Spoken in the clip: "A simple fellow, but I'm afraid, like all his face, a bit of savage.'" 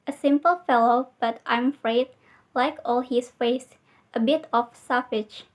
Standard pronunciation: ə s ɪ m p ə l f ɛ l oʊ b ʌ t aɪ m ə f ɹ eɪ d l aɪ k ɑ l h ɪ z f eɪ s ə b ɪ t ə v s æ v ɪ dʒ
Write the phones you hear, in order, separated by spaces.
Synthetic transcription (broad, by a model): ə s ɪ m p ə l f ɛ l oʊ b ʌ t aɪ m ə f ɹ eɪ d l aɪ k ɑ l h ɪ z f eɪ s ə b ɪ t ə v s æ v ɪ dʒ